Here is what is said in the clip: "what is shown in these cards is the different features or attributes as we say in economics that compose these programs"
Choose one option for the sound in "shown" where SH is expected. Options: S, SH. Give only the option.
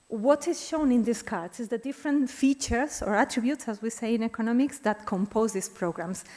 SH